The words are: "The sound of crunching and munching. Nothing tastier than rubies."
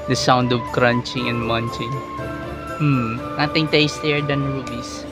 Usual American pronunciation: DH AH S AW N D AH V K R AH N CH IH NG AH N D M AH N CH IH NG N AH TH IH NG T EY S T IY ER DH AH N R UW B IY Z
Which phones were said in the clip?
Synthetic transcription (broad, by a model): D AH S AW N D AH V K R AH N CH IH NG AH N D M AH N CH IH NG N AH T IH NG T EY S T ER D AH N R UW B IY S